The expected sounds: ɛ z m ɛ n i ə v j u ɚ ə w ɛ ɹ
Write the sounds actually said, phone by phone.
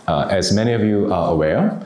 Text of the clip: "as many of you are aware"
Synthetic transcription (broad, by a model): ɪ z m ɛ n i ə v j u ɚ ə w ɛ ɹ